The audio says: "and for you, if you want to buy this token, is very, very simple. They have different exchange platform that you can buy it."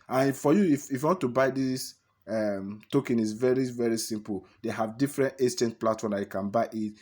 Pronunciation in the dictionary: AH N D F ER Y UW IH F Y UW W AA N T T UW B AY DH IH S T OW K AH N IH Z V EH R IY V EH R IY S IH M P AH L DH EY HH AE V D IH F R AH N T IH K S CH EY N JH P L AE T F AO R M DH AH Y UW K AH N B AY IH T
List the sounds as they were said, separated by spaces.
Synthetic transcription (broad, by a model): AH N F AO Y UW IH F Y UW W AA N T T UW B AY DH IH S T OW K AH N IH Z V EH R IY V EH R IY S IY M P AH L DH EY HH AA V D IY F R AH N T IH S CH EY N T P L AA T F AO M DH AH Y UW K AH N B AY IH T